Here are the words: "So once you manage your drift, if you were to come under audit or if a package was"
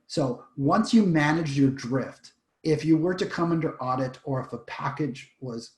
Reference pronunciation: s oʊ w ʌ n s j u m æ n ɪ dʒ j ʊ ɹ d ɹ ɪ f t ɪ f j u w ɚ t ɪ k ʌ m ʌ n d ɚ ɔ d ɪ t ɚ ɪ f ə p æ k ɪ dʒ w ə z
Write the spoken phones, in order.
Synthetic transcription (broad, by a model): s oʊ w ʌ n s j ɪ m æ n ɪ dʒ j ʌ ɹ d ɹ ɪ f t ɪ f j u w ɚ t ɪ k ʌ m ʌ n d ɚ ɔ d ɪ t ɚ ɪ f ə p æ k ɪ dʒ w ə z